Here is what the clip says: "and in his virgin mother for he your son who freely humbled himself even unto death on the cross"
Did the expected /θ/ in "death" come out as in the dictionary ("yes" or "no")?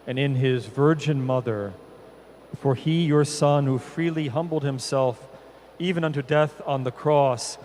yes